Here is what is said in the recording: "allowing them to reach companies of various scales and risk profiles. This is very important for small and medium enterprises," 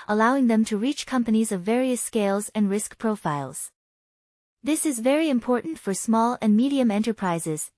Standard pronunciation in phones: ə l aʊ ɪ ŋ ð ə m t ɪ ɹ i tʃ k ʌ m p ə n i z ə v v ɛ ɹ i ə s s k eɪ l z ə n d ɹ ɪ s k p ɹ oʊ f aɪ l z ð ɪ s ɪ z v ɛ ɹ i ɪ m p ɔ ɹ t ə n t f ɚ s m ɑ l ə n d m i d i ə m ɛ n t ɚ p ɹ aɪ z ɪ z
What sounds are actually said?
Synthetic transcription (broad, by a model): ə l aʊ ɪ ŋ ð ə m t ɪ ɹ i tʃ k ʌ m p ə n i z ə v v ɛ ɹ i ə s s k eɪ l z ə n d ɹ ɪ s k p ɹ oʊ f aɪ l z ð ɪ s ɪ z v ɛ ɹ i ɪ m p ɔ ɹ t n t f ɚ s m ɑ l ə n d m i d i ə m ɛ n t ɚ p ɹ aɪ z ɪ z